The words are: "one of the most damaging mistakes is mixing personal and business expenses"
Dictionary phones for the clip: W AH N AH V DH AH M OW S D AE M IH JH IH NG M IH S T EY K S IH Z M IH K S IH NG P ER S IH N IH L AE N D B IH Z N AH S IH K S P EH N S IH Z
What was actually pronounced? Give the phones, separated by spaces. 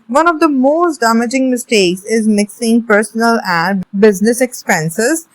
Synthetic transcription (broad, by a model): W AH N AH V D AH M OW S D AE M IH JH IH NG M IH S T EY K S IH Z M IH K S IH NG P ER S IH N IH L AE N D B IH Z N AH S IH K S P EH N S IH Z